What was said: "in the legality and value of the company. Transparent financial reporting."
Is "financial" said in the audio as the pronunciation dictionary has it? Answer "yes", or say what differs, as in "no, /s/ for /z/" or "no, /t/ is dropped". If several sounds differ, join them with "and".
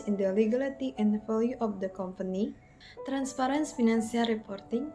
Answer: no, /s/ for /ʃ/